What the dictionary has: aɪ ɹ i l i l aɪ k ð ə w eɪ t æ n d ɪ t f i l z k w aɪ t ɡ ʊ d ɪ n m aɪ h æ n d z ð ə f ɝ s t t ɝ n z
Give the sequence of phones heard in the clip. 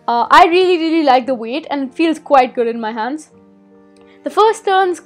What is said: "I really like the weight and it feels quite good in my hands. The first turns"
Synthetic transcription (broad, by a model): aɪ ɹ i l i l aɪ k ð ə w eɪ t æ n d ɪ t f i l z k w aɪ t ɡ ʊ d ɪ n m aɪ h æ n d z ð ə f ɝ s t t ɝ n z